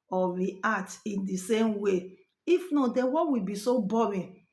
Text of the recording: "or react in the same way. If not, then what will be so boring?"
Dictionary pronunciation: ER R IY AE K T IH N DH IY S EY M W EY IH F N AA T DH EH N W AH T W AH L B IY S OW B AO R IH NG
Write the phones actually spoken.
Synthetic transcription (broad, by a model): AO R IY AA T IH N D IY S EY M W EY IH F N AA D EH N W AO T W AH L B IY S OW B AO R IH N